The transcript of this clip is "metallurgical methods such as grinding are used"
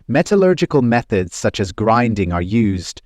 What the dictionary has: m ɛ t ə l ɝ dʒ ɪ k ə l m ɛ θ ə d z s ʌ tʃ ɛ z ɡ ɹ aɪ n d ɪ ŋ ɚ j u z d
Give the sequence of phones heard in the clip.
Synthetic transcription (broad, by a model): m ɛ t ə l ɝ dʒ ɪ k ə l m ɛ θ ə d z s ʌ tʃ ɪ z ɡ ɹ aɪ n d ɪ ŋ ɚ j u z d